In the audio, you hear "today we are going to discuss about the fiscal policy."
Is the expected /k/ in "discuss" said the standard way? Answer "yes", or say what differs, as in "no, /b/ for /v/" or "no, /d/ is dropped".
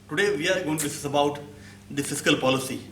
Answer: no, /k/ is dropped